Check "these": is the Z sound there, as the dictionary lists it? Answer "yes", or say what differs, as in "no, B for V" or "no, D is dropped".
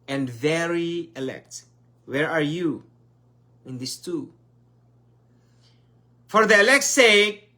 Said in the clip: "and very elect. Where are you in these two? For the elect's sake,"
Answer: no, S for Z